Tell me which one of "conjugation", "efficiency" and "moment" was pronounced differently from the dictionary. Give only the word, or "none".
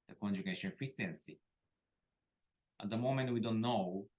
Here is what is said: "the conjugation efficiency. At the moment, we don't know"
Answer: efficiency